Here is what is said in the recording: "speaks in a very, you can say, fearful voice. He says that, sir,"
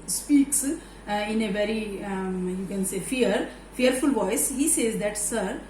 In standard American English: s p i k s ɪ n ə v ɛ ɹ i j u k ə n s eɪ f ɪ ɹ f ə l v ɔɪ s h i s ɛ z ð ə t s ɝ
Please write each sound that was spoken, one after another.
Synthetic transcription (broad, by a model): s p i k s ɪ n ə v ɛ ɹ i j u k ə n s eɪ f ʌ ɹ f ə l v ɔɪ s h i s ɛ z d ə t s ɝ